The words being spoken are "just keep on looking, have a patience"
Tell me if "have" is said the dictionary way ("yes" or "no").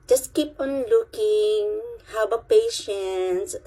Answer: no